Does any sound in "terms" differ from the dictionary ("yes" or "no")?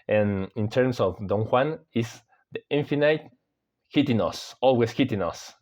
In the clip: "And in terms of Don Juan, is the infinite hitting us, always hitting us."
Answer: yes